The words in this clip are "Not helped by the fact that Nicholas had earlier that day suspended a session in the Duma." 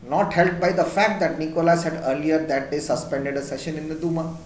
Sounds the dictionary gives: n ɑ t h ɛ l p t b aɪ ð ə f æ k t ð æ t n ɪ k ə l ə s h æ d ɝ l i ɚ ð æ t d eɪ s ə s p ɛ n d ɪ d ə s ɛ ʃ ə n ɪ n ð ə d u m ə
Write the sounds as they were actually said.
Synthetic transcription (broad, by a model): n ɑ t h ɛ l t b aɪ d ə f æ k t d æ t n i k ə l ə s h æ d ɝ l i ɚ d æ t d eɪ s ə s p ɛ n d ɪ d ə s ɛ ʃ ə n ɪ n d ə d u m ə